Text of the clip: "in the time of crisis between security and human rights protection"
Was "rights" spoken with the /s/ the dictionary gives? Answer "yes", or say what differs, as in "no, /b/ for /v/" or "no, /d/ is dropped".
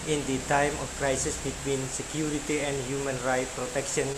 no, /s/ is dropped